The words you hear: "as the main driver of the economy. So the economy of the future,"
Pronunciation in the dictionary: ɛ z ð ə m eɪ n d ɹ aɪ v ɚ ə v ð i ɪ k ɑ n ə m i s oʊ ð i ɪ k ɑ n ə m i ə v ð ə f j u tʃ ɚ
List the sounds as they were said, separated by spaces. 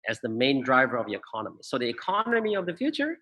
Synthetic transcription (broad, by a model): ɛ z ð ə m eɪ n d ɹ aɪ v ɚ ə v ð i ɪ k ɑ n ə m i s oʊ ð i ɪ k ɑ n ə m i ə v ð ə f j u tʃ ɚ